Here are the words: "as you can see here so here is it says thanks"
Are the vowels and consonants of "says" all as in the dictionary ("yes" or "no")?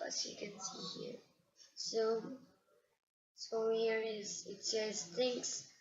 no